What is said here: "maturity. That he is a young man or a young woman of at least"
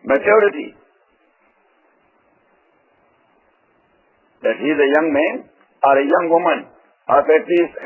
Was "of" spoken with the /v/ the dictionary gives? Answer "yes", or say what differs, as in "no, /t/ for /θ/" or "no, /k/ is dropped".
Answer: no, /p/ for /v/